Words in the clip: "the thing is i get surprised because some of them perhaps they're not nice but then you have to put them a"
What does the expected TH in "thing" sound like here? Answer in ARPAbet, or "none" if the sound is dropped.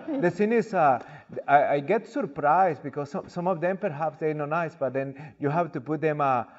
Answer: S